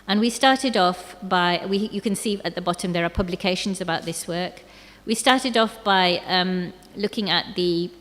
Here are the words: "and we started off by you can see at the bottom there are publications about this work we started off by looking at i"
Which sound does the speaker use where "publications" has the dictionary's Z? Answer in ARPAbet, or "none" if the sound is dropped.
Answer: Z